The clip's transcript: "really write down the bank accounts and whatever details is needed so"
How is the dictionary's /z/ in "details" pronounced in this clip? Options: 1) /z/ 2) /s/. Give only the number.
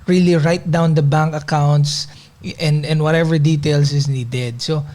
2